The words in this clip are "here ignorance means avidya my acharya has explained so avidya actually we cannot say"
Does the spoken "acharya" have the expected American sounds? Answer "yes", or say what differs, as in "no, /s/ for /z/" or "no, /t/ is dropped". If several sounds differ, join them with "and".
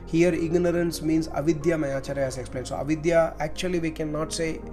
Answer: yes